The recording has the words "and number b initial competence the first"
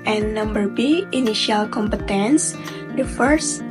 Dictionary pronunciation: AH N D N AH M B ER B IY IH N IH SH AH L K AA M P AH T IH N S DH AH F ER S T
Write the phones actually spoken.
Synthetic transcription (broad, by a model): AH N N AH M B ER B IY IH N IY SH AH L K AA M P AH T IH N S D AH F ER S